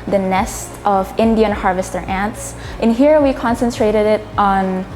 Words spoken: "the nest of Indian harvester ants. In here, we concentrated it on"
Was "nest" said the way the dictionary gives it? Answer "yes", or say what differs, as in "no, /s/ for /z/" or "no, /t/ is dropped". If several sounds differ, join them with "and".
yes